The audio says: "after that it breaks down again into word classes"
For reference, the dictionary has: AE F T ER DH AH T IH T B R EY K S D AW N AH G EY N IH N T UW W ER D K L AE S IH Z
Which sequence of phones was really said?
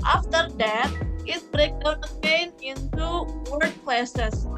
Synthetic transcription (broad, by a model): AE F T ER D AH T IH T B R EY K D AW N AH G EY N IH N T UW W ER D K L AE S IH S